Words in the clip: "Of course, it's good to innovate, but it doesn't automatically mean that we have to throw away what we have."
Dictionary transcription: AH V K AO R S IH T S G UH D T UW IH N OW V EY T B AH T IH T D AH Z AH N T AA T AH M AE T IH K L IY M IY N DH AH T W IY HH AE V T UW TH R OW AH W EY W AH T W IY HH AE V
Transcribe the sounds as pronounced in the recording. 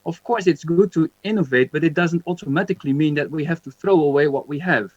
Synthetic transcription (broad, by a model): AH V K AO R S IH T S G UH D T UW IH N OW V EY T B AH T IH T D AH Z AH N T AA T AH M AE T IH K L IY M IY N DH AH T W IY HH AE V T UW TH R OW AH W EY W AH T W IY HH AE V